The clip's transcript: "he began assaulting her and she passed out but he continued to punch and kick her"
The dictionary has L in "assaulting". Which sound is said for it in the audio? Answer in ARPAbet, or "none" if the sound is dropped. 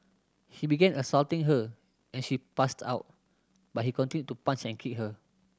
L